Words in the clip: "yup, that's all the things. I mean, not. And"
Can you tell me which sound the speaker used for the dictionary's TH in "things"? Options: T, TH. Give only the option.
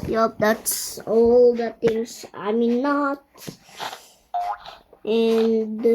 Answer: T